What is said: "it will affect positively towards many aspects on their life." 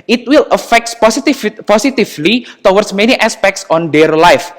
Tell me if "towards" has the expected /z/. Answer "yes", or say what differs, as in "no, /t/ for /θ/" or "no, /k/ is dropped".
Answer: no, /s/ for /z/